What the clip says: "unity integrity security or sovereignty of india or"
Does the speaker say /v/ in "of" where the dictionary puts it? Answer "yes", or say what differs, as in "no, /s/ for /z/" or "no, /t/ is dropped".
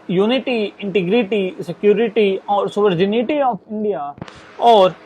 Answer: no, /p/ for /v/